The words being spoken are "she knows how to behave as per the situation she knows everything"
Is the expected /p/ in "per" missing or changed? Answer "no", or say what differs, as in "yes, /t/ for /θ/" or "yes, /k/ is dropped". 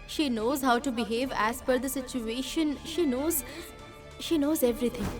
yes, /f/ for /p/